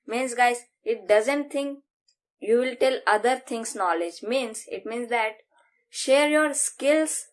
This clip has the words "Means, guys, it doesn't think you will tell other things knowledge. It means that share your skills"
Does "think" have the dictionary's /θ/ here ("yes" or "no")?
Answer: no